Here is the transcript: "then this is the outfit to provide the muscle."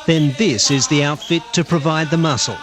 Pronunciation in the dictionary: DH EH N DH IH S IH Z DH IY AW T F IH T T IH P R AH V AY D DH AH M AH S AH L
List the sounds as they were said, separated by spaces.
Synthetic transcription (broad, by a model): DH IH N DH IH S IH Z DH IY AW T F IH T T IH P R AH V AY D DH AH M AH S L